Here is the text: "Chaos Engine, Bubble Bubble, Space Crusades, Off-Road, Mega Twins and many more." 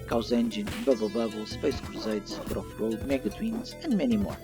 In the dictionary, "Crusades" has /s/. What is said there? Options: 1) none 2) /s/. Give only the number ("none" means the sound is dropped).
1